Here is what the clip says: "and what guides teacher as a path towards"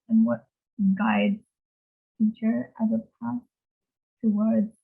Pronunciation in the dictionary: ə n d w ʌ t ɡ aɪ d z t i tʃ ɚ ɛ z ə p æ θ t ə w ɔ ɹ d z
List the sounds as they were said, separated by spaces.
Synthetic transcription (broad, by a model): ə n w ʌ t ɡ aɪ d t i tʃ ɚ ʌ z ə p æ s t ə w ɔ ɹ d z